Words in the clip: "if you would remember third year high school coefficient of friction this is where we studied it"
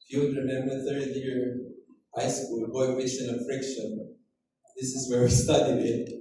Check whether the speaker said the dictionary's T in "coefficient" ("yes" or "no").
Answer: no